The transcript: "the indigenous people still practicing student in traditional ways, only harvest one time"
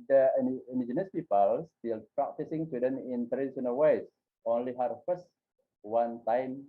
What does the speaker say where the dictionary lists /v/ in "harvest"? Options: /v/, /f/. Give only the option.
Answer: /f/